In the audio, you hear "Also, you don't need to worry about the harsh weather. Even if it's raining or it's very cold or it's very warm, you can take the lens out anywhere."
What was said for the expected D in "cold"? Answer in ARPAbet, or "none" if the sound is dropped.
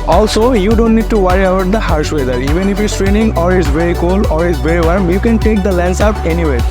none